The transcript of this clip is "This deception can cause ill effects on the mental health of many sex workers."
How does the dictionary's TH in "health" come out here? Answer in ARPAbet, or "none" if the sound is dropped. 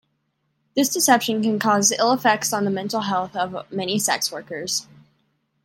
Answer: TH